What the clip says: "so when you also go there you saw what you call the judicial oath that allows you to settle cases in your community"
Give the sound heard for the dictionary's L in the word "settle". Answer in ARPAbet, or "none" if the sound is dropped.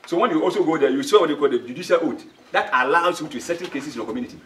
N